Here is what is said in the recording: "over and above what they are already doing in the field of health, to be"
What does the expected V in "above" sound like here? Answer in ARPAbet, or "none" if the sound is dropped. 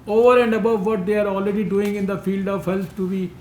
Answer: V